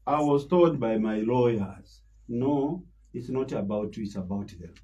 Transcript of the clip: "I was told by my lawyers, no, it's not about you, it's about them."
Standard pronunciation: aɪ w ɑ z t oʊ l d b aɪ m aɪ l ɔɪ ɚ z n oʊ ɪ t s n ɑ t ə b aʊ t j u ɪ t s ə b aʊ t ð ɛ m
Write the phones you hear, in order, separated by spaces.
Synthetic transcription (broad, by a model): aɪ w ɑ z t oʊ d b aɪ m aɪ l ɔɪ ɚ z n oʊ ɪ t s n ɑ t ə b aʊ t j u ɪ t s ə b aʊ t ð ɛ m